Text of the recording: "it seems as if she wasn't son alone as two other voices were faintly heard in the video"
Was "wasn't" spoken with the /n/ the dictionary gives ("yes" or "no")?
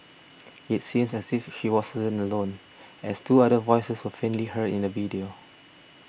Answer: no